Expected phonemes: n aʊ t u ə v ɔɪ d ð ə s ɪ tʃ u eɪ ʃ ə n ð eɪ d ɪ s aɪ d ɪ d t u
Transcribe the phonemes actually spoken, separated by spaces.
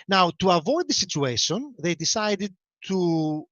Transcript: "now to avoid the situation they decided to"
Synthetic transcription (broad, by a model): n aʊ t u ə v ɔɪ d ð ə s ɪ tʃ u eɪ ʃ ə n ð eɪ d ɪ s aɪ d ɪ d t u